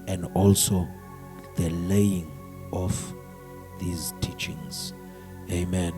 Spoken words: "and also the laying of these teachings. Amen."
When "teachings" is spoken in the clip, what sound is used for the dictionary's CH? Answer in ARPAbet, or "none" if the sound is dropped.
CH